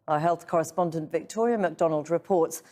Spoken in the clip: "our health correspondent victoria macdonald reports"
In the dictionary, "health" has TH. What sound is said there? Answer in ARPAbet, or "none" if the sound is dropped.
TH